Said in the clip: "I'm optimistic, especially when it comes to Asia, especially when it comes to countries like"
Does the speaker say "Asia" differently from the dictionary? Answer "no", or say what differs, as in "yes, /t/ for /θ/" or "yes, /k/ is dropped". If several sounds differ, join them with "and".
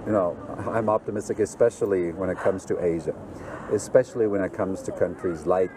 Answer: no